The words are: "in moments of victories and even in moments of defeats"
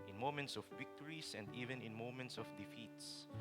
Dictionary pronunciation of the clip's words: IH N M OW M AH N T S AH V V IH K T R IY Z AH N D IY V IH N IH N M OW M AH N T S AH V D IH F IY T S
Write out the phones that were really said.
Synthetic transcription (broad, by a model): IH N M OW M AH N T S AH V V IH K T R IY S AH N D IY V IH N IH N M OW M AH N T S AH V D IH F IY T S